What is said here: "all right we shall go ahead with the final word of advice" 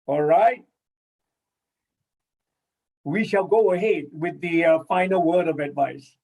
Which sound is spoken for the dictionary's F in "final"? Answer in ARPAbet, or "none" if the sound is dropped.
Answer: F